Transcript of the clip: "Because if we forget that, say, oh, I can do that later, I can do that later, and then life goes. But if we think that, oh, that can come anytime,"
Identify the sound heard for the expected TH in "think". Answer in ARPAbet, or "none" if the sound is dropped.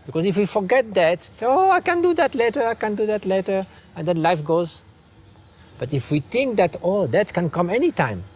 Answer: T